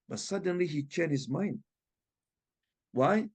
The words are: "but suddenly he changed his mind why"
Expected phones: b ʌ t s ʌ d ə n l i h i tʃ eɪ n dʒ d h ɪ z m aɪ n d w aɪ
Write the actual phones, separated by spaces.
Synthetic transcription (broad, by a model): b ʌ t s ʌ d ə n l i h i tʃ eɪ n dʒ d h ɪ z m aɪ n d w aɪ